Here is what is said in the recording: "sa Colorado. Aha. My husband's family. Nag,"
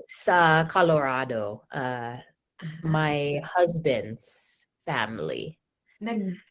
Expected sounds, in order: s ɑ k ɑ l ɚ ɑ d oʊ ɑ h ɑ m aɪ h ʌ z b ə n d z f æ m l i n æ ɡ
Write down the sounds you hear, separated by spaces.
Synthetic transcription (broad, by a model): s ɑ k ɑ l ɚ ɑ d oʊ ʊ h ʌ m aɪ h ʌ z b ə n d z f æ m l i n